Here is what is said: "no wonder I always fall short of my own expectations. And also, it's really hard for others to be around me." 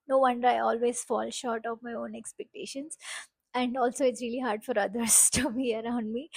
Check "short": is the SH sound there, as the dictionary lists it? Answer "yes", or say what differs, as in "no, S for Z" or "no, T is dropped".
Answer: yes